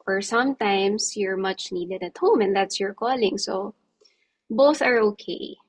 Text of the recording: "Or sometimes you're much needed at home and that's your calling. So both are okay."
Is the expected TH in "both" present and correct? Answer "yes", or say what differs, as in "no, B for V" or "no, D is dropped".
yes